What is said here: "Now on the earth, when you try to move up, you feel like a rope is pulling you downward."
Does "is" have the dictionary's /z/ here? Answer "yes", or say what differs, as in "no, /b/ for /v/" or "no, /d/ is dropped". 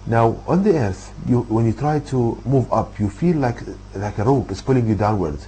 no, /s/ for /z/